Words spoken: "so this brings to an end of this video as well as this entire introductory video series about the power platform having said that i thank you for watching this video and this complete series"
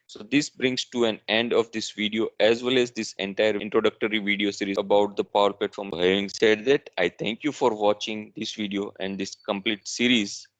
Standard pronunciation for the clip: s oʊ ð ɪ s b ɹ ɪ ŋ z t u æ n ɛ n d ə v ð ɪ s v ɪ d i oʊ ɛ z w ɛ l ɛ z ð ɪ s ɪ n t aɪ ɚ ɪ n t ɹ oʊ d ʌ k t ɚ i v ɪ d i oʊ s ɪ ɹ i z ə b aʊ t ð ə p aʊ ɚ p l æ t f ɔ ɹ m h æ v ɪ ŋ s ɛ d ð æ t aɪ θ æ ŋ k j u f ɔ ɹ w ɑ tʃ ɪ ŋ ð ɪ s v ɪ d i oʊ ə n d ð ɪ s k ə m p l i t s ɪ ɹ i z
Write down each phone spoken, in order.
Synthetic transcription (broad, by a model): s oʊ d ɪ s b ɹ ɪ ŋ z t u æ n ɛ n d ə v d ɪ s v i d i oʊ ɛ z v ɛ l ɛ z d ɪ s ɪ n t aɪ ɚ ɪ n t ɹ oʊ d ʌ k t ɚ i v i d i oʊ s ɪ ɹ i ə b aʊ t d ə p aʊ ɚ p l æ t f ɔ ɹ m h æ v ɪ ŋ s ɛ d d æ t aɪ t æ ŋ k j u f ɔ ɹ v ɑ tʃ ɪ ŋ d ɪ s v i d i oʊ ə n d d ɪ s k ə m p l i t s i ɹ i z